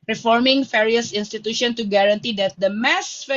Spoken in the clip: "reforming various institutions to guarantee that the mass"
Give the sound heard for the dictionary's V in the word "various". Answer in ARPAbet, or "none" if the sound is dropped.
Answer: F